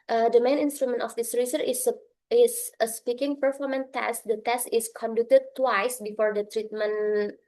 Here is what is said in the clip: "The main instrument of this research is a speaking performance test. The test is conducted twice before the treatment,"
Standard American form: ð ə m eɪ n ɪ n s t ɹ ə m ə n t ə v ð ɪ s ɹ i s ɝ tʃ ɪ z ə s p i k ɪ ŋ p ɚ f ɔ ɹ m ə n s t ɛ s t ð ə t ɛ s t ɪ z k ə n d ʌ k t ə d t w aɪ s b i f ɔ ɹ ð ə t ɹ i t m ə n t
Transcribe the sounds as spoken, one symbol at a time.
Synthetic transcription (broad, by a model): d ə m eɪ n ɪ n s t ɹ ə m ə n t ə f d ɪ s ɹ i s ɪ s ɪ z ə s p i k ɪ ŋ p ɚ f ɔ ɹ m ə n t ɛ s t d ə t ɛ s t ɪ s k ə n d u k t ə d t w aɪ s b i f ɔ ɹ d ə t ɹ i t m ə n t